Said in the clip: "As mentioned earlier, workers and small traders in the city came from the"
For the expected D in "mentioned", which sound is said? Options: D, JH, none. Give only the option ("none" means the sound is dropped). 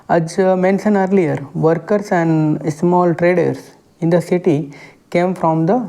none